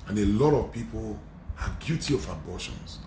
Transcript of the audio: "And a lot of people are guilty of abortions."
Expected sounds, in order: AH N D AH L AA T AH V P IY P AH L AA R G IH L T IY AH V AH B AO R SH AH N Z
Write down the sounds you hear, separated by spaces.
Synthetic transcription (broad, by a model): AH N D AH L AA T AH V P IY P AH L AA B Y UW T IY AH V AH B AO SH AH N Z